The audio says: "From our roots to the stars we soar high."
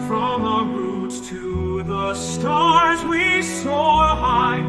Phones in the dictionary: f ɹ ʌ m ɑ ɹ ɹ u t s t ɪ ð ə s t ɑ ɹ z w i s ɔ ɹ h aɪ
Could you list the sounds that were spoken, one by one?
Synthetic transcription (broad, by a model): f ɹ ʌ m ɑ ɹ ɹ u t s t ɪ ð ə s t ɑ ɹ z w i s ɔ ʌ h aɪ